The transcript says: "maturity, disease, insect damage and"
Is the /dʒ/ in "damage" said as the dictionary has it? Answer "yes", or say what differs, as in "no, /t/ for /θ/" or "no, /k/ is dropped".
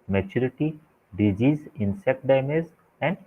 no, /z/ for /dʒ/